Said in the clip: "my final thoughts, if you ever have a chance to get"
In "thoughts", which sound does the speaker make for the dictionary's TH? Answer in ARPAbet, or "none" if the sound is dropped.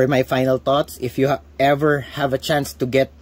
T